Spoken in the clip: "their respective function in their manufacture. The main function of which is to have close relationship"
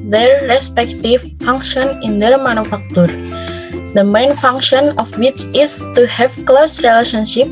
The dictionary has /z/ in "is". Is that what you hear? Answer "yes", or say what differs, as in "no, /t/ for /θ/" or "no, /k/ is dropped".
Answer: no, /s/ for /z/